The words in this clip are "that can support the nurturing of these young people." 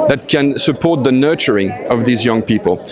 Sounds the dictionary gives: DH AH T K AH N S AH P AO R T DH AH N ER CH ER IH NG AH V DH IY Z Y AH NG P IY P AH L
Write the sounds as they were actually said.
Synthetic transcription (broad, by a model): DH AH T K AH N S AH P AO R T DH AH N ER CH ER IH NG AH V DH IY Z Y AH NG P IY P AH L